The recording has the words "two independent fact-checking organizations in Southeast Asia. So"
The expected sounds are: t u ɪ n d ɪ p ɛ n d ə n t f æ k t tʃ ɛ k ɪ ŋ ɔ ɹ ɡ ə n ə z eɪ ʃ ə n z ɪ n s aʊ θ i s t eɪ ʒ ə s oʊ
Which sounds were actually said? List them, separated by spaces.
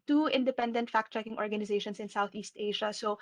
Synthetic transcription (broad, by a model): t u ɪ n d ɪ p ɛ n d ə n t f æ k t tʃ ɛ k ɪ ŋ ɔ ɹ ɡ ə n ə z eɪ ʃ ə n s ɪ n s aʊ θ i s t eɪ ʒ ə s oʊ